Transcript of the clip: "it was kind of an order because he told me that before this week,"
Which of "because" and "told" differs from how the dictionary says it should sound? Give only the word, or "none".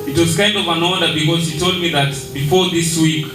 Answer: none